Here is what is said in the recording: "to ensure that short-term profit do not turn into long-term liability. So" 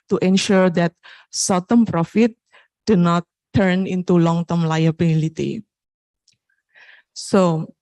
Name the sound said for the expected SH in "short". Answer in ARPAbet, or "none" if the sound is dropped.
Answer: S